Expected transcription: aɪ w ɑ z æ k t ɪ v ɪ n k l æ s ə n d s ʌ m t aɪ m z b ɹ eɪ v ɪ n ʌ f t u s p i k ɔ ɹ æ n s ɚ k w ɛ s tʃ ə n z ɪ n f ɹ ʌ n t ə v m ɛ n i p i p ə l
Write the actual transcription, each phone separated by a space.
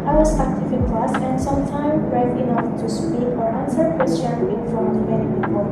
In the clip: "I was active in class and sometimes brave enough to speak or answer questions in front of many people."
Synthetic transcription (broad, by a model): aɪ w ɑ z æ k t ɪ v ɪ n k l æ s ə n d s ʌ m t aɪ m b ɹ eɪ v ɪ n ʌ f t u s p i k ɔ ɹ æ n s ɚ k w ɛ s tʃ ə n ɪ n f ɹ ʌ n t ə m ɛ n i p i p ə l